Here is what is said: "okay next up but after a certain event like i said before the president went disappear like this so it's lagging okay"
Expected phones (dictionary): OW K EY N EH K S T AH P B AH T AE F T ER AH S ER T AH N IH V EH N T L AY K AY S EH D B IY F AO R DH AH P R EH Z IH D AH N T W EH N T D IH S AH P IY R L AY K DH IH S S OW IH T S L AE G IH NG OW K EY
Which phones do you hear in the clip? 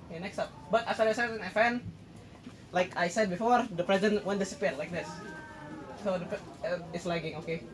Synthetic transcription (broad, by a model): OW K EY N EH K S T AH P B AH T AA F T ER AH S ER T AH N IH F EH N L AY K AY S EH D B IY F AO R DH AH P R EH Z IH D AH N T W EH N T D IH S AH P IY R L AY K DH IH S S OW IH T S L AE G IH NG OW K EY